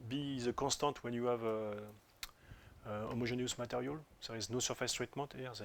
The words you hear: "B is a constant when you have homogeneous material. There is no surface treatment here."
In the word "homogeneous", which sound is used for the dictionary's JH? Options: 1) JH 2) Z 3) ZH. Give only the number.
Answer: 3